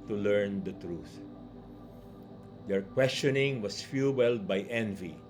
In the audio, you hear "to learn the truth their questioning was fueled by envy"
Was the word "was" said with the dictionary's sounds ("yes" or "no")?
no